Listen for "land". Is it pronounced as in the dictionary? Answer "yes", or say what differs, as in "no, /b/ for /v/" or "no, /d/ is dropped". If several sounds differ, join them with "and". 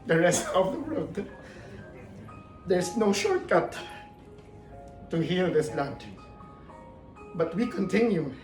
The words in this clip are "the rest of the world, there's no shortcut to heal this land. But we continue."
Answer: no, /n/ is dropped